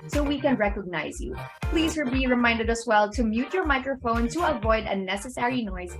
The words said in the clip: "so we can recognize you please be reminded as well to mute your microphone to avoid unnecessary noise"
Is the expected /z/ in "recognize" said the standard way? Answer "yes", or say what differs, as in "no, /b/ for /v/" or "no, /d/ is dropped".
yes